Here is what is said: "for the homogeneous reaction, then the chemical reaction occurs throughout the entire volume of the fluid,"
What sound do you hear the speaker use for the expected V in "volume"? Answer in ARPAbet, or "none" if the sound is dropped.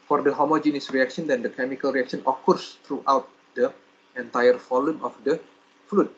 F